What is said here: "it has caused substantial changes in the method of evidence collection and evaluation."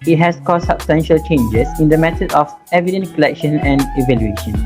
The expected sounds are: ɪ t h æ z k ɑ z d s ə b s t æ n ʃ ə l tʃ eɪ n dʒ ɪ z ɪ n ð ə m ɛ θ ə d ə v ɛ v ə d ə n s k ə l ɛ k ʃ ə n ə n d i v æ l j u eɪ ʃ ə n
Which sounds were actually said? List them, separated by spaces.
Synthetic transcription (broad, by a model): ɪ t h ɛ s k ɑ s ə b s t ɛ n ʃ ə l tʃ eɪ n dʒ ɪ s ɪ n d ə m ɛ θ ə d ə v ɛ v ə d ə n k ə l ɛ k ʃ ə n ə n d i v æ l j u eɪ ʃ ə n